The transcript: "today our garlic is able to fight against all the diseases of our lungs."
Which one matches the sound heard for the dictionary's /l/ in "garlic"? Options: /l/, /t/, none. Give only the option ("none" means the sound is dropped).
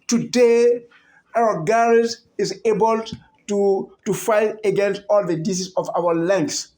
none